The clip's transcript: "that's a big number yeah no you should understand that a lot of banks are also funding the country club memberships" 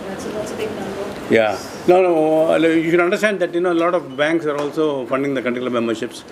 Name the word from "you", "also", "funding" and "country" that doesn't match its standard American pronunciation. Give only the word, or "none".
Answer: country